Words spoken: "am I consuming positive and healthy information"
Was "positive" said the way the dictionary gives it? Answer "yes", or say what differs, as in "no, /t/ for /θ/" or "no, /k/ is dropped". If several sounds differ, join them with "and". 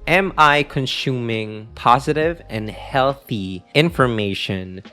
yes